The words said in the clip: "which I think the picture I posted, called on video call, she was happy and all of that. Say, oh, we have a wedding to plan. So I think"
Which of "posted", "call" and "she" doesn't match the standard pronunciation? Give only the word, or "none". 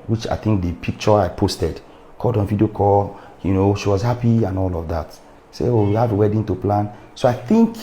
call